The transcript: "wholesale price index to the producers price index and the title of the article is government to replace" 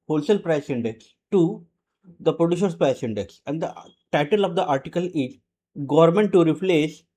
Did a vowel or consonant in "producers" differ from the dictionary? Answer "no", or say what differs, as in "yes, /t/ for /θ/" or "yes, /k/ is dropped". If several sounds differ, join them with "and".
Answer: yes, /ʃ/ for /s/ and /s/ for /z/